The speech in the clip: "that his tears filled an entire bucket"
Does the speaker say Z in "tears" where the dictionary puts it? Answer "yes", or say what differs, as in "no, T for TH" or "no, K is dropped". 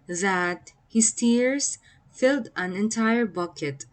no, S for Z